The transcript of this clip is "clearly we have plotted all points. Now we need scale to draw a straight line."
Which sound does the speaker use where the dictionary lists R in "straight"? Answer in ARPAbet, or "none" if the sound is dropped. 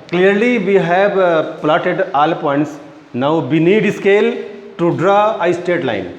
none